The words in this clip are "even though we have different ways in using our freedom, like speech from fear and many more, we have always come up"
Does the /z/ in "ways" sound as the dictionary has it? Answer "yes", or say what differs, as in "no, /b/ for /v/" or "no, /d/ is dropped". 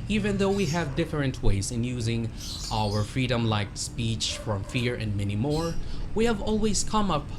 yes